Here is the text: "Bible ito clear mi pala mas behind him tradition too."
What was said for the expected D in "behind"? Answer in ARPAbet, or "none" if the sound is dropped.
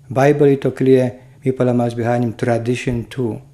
none